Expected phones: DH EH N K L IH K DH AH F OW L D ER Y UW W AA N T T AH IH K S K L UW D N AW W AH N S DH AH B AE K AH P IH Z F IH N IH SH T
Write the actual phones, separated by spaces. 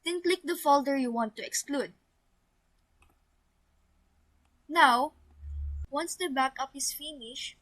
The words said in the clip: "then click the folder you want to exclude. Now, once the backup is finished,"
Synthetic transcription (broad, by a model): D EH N K L IH K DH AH F OW L D ER Y UW W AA N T T AH IH K S K L UW D N AW W AH N S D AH B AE K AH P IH S F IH N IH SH